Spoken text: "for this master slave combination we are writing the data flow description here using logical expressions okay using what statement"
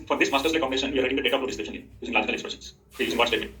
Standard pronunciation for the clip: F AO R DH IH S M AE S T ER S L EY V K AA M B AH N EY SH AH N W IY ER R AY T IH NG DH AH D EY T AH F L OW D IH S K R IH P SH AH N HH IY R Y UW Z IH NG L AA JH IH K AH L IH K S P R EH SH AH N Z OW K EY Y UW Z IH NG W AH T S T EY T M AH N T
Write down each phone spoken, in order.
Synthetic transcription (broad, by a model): F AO R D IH S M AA S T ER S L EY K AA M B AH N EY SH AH N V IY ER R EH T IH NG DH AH D EY T AH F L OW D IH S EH SH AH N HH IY Y UW Z IH NG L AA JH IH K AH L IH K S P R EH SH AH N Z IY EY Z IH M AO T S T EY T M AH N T